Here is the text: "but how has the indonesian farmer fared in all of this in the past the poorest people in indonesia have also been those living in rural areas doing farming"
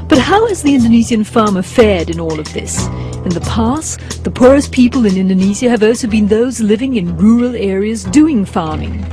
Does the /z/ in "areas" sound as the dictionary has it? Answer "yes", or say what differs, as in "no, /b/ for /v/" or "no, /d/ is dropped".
yes